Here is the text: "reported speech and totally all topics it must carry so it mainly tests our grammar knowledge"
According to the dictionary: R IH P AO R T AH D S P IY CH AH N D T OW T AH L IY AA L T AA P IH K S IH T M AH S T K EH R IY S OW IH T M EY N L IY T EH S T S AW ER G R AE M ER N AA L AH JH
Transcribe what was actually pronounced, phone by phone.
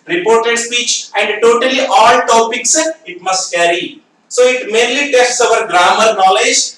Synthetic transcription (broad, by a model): R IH P AO R T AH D S P IY CH AH N D T OW T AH L IY AA L T AA P IH K S IH T M AH S T K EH R IY S OW IH T M EY N L IY T EH S T S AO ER G R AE M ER N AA L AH JH